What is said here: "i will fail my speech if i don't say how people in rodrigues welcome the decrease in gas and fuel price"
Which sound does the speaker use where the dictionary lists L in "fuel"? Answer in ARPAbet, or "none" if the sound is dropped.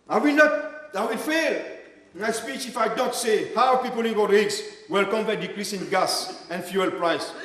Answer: L